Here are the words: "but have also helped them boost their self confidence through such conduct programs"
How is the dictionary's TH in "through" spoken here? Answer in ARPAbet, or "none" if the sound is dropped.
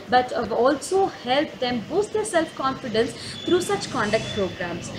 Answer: T